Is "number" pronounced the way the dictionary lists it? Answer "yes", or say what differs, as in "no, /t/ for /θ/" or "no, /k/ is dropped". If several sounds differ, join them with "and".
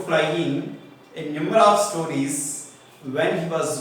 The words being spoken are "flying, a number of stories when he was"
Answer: no, /b/ is dropped